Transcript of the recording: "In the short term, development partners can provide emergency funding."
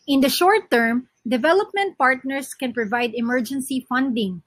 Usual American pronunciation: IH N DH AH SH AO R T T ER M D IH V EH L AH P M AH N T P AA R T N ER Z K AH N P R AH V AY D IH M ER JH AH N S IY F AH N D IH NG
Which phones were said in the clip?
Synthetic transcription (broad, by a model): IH N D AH SH AO R T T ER M D IH V EH L AH P M AH N T P AA R T N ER S K AH N P R AH V AY D IH M ER JH AH N S IY F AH N D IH NG